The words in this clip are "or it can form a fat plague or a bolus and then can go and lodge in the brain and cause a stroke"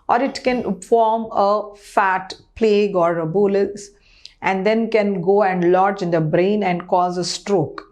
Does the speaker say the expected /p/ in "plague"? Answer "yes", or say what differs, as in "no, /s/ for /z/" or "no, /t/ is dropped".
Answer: yes